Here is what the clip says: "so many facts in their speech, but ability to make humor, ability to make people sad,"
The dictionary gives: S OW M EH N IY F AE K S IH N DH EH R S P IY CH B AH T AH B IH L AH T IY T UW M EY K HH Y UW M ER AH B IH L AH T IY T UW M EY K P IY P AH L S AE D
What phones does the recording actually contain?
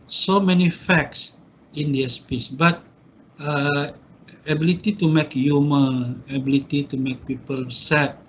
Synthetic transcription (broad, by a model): S OW M EH N IY F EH K S IH N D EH S P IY S B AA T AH B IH L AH T IY T UW M EY K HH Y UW M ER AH B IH L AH T IY T UW M EY K P IY P AH L S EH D